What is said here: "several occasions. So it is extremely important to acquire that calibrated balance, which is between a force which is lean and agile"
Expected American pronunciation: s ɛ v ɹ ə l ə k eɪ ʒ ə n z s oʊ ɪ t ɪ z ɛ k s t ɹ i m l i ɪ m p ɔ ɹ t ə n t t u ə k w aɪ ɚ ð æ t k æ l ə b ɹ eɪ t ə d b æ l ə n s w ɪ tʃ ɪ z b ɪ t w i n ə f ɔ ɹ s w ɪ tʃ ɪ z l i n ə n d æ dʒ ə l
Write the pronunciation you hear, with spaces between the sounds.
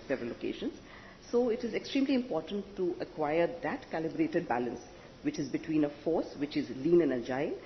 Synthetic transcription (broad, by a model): s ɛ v ɹ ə l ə k eɪ ʃ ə n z s oʊ ɪ t ɪ z ɛ k s t ɹ i m l i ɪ m p ɔ ɹ t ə n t t u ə k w aɪ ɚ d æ t k æ l ə b ɹ eɪ t ə d b æ l ə n s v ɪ tʃ ɪ z b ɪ t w i n ə f ɔ ɹ s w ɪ tʃ ɪ z l i n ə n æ dʒ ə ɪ